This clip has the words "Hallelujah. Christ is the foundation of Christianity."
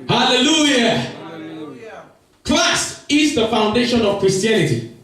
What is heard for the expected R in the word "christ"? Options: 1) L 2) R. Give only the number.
1